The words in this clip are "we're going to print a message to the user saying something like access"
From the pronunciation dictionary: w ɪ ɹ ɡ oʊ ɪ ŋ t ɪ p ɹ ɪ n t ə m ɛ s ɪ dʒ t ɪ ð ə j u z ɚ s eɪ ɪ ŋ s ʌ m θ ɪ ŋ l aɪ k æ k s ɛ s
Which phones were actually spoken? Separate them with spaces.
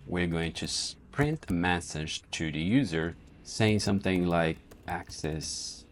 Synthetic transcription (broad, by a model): w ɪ ɹ ɡ oʊ ɪ ŋ t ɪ p ɹ ɪ n t ə m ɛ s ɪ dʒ t ɪ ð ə j u z ɚ s eɪ ɪ ŋ s ʌ m θ ɪ ŋ l aɪ k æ k s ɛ s